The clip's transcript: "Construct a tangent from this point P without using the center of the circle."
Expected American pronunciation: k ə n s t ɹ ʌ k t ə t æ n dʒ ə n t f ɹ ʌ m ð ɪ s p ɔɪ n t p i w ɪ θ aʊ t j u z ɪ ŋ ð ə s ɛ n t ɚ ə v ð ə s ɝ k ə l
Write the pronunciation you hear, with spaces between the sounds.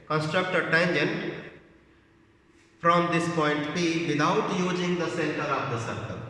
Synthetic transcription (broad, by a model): k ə n s t ɹ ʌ k t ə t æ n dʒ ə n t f ɹ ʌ m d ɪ s p ɔɪ n t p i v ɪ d aʊ t j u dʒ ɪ ŋ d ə s ɛ n t ɚ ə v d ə s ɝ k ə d